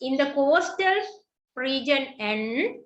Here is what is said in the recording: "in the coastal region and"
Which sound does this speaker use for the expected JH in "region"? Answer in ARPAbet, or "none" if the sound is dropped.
JH